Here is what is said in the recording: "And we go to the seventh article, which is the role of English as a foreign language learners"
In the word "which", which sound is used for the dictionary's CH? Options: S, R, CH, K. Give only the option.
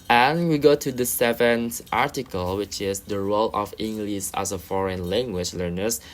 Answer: CH